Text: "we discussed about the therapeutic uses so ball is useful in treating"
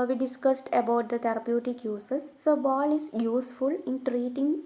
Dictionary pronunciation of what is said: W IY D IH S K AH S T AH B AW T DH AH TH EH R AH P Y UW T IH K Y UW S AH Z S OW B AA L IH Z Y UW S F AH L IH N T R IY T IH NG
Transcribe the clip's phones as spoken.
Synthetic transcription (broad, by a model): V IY D IH S K AH S T AH B AW T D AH T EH R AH P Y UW T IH K Y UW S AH S OW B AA L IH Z Y UW S F AH L IH N T R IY T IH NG